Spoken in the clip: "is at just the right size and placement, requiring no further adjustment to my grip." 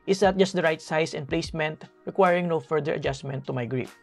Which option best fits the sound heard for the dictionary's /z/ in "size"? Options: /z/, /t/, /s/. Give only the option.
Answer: /s/